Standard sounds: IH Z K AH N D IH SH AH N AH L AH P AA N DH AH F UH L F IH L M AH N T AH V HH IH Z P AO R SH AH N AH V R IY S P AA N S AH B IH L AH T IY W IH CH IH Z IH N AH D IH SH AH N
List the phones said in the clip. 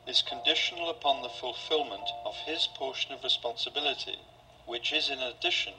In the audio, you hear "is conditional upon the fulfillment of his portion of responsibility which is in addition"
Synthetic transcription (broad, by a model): IH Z K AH N D IH SH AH N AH L AH P AA N DH AH F UH L F IH L M AH N T AH V IH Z P AO R SH AH N AH V R IY S P AA N S AH B IH L AH T IY W IH CH IH Z IH N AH D IH SH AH N